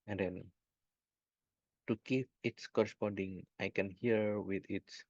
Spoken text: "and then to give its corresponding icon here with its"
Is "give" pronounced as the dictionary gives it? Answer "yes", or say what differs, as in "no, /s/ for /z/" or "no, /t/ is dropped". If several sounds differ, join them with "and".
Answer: no, /p/ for /v/